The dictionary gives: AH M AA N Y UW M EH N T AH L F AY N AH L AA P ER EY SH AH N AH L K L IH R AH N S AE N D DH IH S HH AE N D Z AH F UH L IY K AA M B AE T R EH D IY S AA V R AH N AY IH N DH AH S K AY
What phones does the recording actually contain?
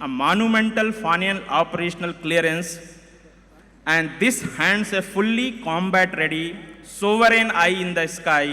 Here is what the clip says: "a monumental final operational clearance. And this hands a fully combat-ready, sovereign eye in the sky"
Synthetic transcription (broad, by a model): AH M AA N Y UW M EH N T AH L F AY N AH N AA P ER EY SH AH N AH L K L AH R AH N S AE N D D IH S HH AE N D S AH F UH L IY K AA M B AE T R EH D IY S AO V R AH N AY IH N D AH S K AY